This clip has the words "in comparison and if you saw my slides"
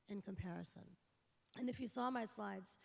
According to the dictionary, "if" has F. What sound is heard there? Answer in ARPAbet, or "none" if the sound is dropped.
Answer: F